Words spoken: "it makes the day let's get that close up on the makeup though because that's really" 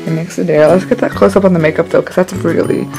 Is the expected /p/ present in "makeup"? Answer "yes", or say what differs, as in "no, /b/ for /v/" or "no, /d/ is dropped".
yes